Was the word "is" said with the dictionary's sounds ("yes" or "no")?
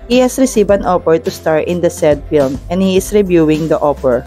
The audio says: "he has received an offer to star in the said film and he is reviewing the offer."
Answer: no